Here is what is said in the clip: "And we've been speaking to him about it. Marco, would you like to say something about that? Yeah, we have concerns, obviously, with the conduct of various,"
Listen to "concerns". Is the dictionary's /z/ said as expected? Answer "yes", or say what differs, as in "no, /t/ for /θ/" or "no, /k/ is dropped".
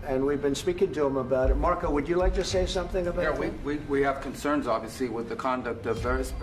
yes